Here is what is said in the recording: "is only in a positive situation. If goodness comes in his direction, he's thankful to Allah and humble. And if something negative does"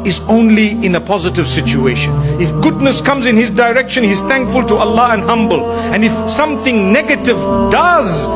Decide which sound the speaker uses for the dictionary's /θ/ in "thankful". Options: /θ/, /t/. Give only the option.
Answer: /θ/